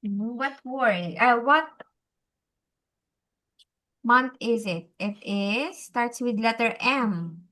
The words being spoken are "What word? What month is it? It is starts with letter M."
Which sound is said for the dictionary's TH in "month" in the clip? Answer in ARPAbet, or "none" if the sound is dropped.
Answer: T